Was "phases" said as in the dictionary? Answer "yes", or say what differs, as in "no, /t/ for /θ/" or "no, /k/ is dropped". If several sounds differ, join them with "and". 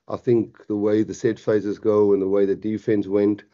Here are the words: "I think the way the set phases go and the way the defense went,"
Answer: yes